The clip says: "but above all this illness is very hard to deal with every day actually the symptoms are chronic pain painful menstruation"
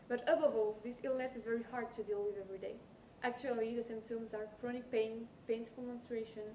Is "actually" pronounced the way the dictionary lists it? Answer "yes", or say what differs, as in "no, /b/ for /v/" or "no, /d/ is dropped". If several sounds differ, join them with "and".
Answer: yes